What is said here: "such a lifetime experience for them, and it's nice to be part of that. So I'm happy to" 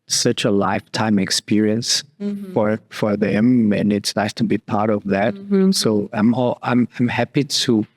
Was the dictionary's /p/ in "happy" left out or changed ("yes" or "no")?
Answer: no